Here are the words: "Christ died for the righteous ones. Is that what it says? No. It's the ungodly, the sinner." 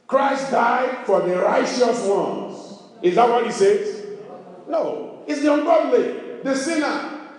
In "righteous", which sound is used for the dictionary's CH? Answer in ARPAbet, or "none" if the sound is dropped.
CH